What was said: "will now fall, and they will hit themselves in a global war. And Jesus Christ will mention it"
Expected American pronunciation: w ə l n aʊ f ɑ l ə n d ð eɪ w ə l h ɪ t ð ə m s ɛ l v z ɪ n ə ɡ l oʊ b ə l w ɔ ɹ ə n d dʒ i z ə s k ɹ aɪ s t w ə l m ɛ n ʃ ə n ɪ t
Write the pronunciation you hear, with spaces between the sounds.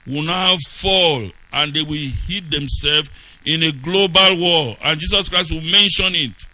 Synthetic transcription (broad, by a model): w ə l n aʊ f ɑ l ə n d eɪ w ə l h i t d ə m s ɛ l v ɪ n ə ɡ l oʊ b ə l w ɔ l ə n dʒ i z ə s k ɹ aɪ s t w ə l m ɛ n ʃ ə n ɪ t